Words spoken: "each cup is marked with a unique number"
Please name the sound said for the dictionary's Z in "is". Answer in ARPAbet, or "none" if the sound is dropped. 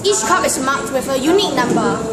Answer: S